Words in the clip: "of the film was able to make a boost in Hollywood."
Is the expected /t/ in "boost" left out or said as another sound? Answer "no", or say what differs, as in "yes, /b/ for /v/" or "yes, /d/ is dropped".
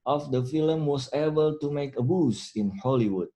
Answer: yes, /t/ is dropped